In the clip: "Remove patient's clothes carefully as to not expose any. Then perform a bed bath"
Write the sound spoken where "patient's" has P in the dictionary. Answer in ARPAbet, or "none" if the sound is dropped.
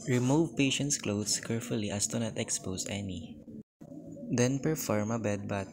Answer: P